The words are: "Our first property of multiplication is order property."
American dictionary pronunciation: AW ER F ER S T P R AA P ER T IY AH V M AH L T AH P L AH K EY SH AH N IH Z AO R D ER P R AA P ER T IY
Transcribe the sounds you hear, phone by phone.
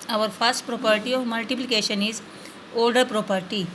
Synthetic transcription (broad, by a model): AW ER F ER S T P R AA P ER T IY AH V M AH L T AH P L AH K EY SH AH N IH Z AO L D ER P R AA P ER T IY